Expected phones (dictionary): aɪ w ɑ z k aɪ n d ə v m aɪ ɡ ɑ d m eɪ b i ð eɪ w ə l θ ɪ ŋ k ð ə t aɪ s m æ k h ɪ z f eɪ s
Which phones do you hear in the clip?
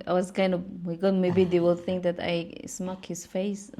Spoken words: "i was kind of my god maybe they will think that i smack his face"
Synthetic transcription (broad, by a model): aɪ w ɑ s k aɪ n d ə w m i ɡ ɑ m eɪ b i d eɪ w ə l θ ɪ ŋ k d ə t aɪ s m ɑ k h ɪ s f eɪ s